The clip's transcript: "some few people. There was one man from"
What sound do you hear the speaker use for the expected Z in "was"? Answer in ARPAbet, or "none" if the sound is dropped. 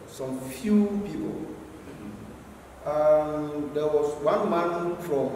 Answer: S